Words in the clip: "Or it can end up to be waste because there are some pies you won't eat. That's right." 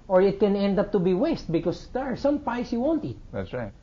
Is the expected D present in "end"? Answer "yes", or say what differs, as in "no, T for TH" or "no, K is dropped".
yes